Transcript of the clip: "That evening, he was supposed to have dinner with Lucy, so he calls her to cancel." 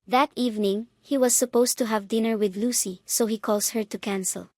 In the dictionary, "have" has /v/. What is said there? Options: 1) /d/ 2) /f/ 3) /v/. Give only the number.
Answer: 3